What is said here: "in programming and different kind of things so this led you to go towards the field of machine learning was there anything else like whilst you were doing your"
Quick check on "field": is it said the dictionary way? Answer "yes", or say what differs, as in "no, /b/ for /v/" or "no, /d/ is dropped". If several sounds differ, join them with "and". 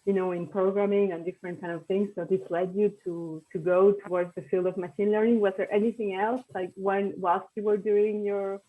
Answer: yes